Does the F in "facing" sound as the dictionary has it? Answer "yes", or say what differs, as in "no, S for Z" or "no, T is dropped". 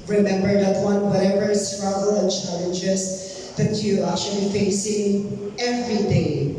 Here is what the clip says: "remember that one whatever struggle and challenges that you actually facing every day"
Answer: yes